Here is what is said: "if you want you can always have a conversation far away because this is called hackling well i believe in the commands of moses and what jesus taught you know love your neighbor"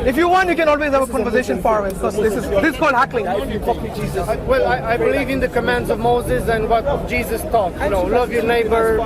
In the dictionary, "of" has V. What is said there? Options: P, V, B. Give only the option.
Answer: V